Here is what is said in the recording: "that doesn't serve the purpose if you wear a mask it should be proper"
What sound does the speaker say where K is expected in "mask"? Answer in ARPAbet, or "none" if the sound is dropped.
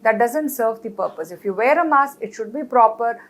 none